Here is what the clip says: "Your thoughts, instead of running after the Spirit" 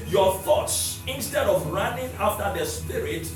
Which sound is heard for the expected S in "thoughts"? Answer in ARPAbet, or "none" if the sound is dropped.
S